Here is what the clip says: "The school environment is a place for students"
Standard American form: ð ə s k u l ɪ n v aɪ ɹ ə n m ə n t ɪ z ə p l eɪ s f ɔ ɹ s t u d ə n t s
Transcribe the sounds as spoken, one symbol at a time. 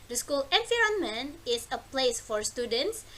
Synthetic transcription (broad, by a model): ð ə s k u l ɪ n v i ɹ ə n m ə n ɪ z ə p l eɪ s f ɔ ɹ s t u d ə n t s